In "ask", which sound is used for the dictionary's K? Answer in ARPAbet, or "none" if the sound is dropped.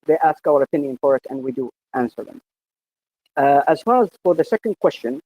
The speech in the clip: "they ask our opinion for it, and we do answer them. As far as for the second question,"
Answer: K